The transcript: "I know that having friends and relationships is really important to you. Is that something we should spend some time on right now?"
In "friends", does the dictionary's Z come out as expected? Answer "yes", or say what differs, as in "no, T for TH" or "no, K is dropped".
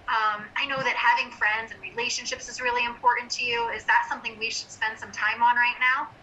yes